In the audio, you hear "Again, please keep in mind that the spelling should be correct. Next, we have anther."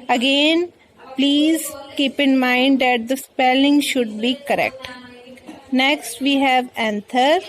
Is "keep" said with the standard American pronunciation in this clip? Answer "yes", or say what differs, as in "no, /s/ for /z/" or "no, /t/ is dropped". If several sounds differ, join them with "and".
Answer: yes